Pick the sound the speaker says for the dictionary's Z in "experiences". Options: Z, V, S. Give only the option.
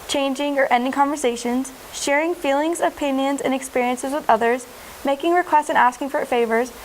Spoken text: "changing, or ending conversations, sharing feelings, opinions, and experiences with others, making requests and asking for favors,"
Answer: Z